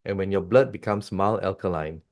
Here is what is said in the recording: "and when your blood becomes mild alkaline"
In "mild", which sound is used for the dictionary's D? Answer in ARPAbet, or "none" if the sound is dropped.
none